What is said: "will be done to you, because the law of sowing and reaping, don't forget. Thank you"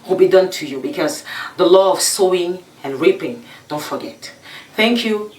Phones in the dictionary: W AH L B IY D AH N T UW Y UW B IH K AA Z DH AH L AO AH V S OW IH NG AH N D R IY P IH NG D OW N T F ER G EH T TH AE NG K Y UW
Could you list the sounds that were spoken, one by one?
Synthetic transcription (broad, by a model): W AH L B IY D AH N T UW Y UW B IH K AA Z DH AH L AO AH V S OW IH NG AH N R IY P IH NG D OW N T F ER G EH T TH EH NG K Y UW